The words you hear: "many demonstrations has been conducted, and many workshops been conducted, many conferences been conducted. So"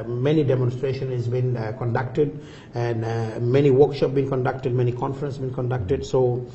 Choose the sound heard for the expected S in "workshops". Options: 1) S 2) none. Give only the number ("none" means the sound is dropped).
2